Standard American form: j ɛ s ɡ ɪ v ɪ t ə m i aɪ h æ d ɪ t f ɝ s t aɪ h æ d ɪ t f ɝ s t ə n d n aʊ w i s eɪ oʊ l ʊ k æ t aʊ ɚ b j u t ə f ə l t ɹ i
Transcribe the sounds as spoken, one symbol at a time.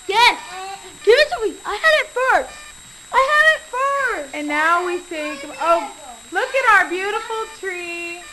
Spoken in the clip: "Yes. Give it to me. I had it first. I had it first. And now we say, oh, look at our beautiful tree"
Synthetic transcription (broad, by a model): j ɛ s ɡ ɪ v ɪ s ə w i aɪ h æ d ɪ t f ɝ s aɪ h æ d ɪ t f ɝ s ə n n aʊ w i θ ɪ oʊ l ʊ k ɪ t aʊ ɚ b j u t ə f l t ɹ i